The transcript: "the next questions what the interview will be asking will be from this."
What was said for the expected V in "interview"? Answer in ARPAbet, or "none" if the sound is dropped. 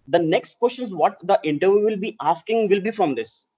V